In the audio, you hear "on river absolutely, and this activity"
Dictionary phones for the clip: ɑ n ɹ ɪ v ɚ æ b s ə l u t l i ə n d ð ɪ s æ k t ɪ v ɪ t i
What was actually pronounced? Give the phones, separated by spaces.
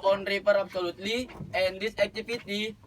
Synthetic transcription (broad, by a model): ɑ n ɹ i p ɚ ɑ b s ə l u t l i ə n d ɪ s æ k t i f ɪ t i